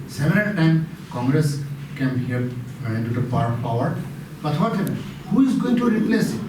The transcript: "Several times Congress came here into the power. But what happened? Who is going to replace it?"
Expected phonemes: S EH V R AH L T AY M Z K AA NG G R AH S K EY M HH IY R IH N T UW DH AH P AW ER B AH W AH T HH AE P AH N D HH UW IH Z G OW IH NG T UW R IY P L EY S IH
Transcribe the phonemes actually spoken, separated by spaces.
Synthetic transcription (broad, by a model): S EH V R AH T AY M K AA NG G R AH S K EY M HH IY R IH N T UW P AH P AW ER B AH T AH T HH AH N HH UW IH Z G OW IH NG T UW R IY P L EY S